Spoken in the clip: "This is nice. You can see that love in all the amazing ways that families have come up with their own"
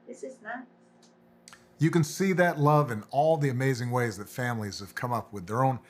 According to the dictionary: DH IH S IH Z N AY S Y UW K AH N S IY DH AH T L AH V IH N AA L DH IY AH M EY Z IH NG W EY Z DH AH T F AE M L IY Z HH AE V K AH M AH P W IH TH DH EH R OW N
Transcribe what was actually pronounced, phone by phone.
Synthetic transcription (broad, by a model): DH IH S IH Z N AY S Y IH K AH N S IY DH AH T L AH V IH N AA L DH IY AH M EY Z IH NG W EY Z DH AH T F AE M L IY Z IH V K AH M AH P W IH DH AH R OW N